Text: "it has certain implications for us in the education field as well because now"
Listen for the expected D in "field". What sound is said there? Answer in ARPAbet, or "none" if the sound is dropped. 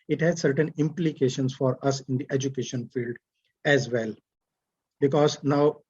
D